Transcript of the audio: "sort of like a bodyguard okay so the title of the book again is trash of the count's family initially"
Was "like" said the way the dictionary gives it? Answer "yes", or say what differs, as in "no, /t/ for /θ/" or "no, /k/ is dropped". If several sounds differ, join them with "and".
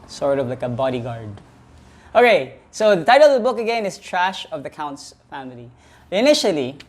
yes